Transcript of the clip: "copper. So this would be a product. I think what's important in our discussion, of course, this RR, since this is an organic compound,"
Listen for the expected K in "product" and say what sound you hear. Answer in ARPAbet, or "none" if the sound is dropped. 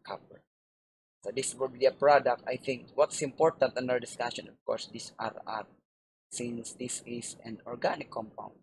K